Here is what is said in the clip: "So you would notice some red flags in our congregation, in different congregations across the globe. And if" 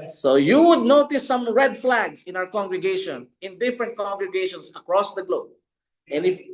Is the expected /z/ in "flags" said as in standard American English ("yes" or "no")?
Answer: no